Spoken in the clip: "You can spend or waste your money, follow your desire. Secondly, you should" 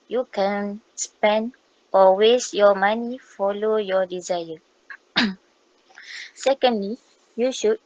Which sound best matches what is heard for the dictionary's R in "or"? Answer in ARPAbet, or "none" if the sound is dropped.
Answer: L